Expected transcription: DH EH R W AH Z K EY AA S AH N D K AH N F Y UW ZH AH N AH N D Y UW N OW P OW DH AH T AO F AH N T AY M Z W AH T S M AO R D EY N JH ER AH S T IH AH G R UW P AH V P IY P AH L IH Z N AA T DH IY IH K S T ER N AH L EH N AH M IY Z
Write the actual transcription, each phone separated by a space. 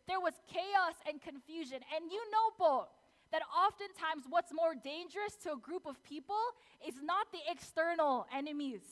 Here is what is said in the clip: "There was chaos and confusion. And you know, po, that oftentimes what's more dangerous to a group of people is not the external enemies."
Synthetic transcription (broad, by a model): DH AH R W AH Z K EY AA S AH N K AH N F Y UW ZH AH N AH N Y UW N OW B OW DH AH T AO F AH N T AY M Z W AH T S M AO R D EY N JH ER AH S T IH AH G R UW P AH V P IY P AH L IH Z N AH T DH IY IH K S T ER N L EH N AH M IY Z